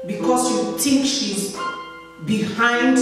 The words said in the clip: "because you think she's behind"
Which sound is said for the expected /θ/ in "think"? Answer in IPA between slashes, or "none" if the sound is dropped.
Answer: /t/